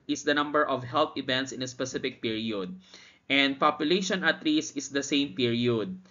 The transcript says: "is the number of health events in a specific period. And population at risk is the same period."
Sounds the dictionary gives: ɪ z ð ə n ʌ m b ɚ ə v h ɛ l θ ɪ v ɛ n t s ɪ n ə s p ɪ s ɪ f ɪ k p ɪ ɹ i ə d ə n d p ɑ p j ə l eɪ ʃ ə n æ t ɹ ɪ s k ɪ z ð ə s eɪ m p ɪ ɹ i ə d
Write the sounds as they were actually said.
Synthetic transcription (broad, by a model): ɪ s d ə n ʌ m b ɚ ə v h ɛ l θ ɪ v ɛ n t s ɪ n ə s p ɪ s ɪ f ɪ k p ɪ ɹ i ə d ə n d p ɑ p j ə l eɪ ʃ ə n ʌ t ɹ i s ɪ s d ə s eɪ m p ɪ ɹ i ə d